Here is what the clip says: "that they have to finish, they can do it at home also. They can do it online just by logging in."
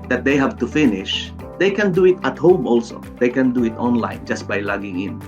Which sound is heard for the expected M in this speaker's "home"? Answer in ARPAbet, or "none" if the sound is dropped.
M